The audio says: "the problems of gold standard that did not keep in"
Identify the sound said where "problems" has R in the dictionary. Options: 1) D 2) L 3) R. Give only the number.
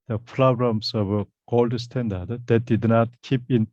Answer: 2